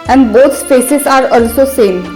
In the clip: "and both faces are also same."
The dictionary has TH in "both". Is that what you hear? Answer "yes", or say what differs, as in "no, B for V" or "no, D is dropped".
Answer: no, S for TH